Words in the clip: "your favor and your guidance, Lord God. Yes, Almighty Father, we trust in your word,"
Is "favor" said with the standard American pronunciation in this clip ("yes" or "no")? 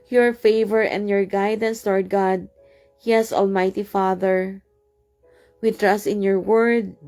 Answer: yes